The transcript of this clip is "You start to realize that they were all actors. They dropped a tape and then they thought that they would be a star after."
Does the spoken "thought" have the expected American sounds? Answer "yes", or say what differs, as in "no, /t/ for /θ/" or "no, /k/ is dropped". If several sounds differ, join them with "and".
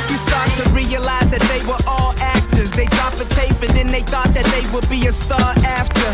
yes